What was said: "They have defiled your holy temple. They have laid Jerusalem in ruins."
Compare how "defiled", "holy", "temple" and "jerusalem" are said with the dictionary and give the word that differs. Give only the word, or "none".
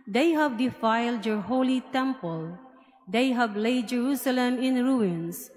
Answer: none